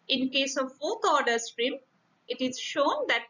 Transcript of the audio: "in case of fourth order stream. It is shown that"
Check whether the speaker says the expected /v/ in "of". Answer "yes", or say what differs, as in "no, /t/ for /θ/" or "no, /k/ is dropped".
yes